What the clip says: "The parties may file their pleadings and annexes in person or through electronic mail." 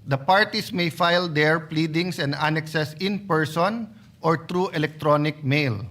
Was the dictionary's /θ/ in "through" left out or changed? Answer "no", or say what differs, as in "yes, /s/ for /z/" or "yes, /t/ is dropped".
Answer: yes, /t/ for /θ/